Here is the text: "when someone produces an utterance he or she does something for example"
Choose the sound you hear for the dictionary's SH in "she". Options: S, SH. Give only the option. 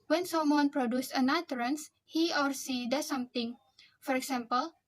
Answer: S